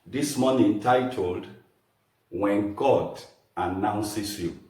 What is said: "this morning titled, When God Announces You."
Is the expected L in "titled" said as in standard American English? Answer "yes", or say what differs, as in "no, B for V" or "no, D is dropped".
yes